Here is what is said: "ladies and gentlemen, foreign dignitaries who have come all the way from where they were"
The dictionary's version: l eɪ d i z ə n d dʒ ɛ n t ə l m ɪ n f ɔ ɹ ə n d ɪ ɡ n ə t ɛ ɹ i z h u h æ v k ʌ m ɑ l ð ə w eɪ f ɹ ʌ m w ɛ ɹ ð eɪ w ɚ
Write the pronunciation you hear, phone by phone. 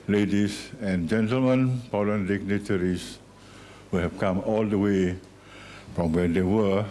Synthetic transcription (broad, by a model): l eɪ d i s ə n dʒ ɛ n t ə l m ɪ n p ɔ l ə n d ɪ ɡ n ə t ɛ ɹ i s h u h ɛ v k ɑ m ɑ l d ə w eɪ f ɹ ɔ m w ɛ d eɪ w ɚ